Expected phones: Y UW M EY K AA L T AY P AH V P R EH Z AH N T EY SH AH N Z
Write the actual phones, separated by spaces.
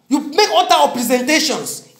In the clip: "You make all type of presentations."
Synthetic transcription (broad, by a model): Y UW M EY K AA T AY AH P R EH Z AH N T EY SH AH N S